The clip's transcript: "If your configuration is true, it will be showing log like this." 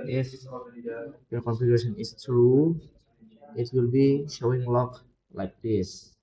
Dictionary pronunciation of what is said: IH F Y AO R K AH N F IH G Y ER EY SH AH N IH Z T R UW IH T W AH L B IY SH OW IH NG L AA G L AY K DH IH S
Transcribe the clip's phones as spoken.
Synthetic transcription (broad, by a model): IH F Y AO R K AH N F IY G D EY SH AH N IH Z T R UW IH T W AH L B IY SH OW IH NG L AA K L AY K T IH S